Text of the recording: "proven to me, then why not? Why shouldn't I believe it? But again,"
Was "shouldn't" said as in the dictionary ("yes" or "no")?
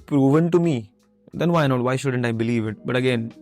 yes